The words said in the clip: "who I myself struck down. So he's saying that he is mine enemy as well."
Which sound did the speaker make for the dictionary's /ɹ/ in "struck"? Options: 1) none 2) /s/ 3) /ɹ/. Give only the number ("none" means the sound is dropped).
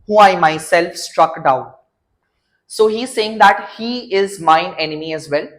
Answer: 3